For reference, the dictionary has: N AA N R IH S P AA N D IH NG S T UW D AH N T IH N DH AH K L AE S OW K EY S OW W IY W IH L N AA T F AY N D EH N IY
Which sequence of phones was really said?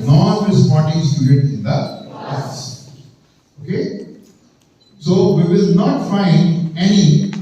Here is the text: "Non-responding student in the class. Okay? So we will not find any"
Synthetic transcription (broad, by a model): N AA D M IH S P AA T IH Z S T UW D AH T IH N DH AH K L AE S OW K EY S OW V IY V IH L N AA T F AY N D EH N IY